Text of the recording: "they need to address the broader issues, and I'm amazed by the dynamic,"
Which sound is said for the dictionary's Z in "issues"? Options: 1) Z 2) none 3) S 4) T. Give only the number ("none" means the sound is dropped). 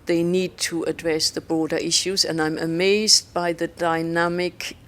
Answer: 1